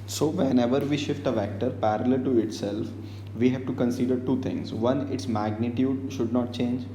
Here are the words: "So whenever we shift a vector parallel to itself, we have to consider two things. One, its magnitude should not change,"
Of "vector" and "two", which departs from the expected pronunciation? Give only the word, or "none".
none